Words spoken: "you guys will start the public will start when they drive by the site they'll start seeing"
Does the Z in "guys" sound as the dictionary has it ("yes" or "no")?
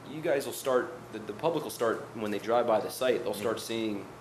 yes